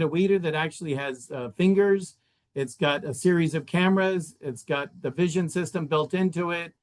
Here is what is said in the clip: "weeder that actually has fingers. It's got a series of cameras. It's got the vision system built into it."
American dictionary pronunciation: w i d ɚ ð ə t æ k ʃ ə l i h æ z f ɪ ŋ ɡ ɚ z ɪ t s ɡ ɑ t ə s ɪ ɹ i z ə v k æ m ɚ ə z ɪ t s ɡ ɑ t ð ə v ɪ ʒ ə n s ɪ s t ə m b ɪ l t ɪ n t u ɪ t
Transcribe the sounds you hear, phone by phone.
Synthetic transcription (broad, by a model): w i d ɚ ð ə t æ k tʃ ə l i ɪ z f ɪ ŋ ɡ ɚ z ɪ t s ɡ ɑ t ə s ɪ ɹ i z ə v k æ m ɚ ə z ɪ t s ɡ ɑ t ð ə v ɪ ʒ ə n s ɪ s t ə m b ɪ l t ɪ n t u ɪ t